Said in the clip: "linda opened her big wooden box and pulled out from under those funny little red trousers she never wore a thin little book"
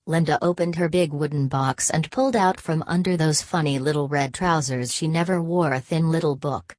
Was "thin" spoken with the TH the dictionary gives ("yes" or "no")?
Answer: yes